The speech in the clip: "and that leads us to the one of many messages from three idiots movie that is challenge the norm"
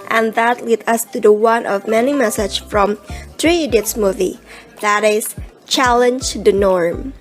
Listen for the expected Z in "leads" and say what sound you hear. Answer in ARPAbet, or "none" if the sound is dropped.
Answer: none